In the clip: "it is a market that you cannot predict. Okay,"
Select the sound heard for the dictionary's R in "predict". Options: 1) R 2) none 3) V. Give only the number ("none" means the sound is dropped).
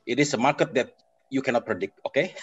1